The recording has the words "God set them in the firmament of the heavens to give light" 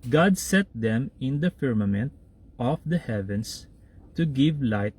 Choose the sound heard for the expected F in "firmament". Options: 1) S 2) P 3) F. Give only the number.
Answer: 3